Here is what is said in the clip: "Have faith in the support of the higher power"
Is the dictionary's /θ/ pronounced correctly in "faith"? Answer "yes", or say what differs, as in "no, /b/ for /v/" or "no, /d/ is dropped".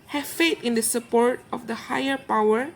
no, /t/ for /θ/